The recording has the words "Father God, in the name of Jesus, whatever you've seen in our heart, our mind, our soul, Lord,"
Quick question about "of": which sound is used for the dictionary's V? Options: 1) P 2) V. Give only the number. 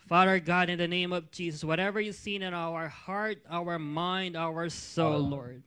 2